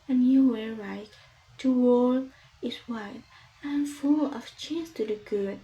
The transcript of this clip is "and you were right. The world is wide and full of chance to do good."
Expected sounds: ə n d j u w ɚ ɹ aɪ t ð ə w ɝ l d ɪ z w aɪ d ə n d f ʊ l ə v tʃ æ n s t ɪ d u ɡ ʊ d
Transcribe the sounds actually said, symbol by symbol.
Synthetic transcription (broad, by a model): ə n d j u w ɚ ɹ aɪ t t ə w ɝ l ɪ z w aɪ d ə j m f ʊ l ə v tʃ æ n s t ɪ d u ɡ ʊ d